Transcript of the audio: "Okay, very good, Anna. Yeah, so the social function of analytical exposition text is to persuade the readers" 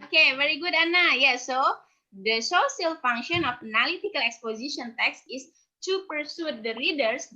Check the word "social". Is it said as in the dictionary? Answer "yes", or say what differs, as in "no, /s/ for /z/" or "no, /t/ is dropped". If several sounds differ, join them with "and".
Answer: no, /s/ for /ʃ/